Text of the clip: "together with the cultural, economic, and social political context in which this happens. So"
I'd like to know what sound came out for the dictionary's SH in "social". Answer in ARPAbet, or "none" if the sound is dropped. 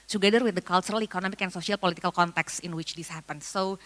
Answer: S